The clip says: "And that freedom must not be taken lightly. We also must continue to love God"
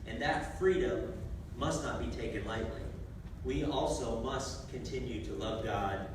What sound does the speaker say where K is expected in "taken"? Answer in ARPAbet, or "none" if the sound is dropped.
K